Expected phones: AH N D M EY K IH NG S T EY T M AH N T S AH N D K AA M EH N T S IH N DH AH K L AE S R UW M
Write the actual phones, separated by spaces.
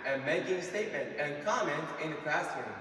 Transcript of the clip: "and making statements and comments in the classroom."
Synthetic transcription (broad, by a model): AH M EY K IH NG S T EY T M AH N T AH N K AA M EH N T IH N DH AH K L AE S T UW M